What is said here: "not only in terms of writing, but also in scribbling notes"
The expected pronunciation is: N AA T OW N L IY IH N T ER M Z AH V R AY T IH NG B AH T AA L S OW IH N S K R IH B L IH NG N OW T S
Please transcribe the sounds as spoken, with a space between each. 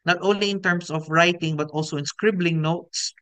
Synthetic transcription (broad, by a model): N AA T OW N L IY IH N T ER M S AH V R AY T IH NG B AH T AA L S OW IH N S K R IH B L IH NG N OW T S